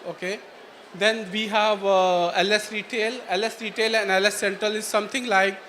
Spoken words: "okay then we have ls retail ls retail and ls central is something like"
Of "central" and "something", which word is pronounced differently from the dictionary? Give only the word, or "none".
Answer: something